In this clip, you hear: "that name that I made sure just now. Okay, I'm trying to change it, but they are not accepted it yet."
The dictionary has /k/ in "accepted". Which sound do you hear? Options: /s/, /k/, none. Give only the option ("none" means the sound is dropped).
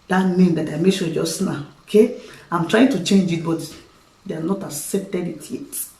none